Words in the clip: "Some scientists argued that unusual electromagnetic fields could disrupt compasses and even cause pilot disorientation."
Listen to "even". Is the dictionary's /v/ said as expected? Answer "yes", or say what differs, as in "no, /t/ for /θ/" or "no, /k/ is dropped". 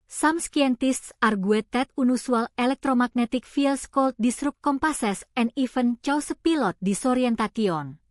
no, /f/ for /v/